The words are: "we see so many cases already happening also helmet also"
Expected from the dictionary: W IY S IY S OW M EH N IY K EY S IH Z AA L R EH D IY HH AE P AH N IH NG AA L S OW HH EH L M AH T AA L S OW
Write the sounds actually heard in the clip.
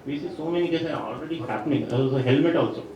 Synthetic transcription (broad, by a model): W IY S IY S OW M EH N IY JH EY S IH AA L R EH D IY HH AE P AH N IH NG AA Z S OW HH EH L M AH T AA L S OW